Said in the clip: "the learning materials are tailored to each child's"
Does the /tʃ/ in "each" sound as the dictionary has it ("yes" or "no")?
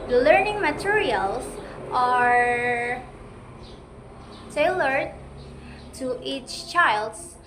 yes